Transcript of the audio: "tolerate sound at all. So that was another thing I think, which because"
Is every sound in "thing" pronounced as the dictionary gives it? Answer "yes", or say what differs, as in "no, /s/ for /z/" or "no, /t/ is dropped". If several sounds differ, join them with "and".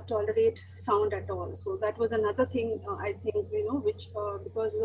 no, /t/ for /θ/